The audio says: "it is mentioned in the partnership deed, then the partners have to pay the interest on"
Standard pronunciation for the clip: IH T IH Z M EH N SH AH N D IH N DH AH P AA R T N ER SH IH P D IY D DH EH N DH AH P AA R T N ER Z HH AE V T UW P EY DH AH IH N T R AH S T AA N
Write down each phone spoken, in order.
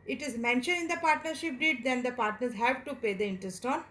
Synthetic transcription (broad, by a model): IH T IH Z M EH N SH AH N IH N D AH P AA R T N ER SH IH P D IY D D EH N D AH P AA R T N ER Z HH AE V T UW P EY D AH IH N T R AH S T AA N